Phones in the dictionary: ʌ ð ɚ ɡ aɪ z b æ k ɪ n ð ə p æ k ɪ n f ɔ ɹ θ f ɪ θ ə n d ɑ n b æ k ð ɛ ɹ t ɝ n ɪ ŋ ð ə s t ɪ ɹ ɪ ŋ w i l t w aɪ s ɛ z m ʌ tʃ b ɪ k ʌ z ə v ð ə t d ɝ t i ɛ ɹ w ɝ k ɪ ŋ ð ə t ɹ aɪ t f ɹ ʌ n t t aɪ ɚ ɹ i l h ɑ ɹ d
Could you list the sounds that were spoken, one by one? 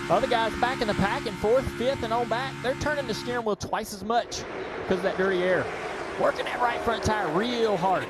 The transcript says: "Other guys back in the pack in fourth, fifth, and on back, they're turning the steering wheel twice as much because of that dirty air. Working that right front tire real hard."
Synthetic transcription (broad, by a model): ʌ ð ɚ ɡ aɪ z b æ k ɪ n ð ə p æ k ɪ n f ɔ ɹ θ f ɪ θ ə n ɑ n b æ k ð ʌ ɹ t ɝ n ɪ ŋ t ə s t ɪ ɹ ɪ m w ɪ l t w aɪ s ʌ z m ʌ tʃ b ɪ k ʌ z ə v ð ə t d ɝ t i ɛ ɹ w ɝ k ɪ ŋ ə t ɹ aɪ t f ɹ ʌ n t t aɪ ɹ i l h ɑ ɹ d